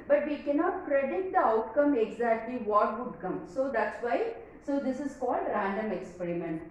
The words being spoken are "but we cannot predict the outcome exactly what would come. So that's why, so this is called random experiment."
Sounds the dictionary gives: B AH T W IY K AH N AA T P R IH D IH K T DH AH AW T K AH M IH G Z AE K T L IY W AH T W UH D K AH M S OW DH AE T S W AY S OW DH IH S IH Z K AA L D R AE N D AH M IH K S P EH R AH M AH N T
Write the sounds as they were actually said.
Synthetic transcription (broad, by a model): B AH T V IY K AH N AA T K R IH D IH T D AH AW T K AH M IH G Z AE K T L IY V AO T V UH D K AH M S OW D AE T S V AY S OW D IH S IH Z K AA L D R AE N D AH M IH K S P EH R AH M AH N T